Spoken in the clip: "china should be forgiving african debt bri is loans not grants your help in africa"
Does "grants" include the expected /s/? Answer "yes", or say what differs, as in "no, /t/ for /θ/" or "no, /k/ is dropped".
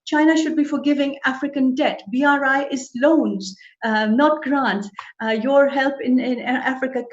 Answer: no, /s/ is dropped